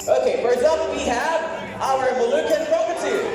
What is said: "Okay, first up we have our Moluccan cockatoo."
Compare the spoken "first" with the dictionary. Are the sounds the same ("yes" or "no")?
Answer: no